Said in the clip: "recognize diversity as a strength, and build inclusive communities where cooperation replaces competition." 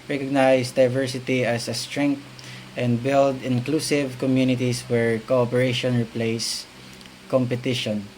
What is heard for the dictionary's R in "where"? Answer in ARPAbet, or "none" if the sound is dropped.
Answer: R